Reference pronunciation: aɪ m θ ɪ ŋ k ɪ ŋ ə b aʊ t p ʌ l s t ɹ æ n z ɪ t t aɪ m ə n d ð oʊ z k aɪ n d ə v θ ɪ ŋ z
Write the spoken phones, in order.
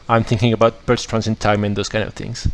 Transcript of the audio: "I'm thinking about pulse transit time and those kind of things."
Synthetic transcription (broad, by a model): aɪ m θ ɪ ŋ k ɪ ŋ ə b aʊ t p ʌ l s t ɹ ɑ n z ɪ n t aɪ m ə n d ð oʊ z k aɪ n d ə v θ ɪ ŋ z